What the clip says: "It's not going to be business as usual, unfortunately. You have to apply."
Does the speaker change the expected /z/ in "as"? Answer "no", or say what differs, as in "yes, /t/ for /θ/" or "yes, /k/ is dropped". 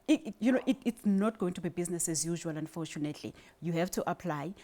no